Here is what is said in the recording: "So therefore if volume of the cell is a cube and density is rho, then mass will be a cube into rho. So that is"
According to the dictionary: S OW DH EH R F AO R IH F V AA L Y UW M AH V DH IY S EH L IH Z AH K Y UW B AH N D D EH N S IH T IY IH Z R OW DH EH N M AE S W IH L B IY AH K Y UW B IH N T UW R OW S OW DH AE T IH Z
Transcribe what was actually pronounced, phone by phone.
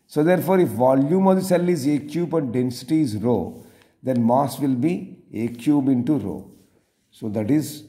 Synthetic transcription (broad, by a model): S OW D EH R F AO R IH F V AA L Y UW M AH V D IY S EH L IH Z AH K Y UW B AH N D D EH N S IH T IY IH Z R OW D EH N M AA S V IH L B IY AH K Y UW B IH N T UW R OW S OW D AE T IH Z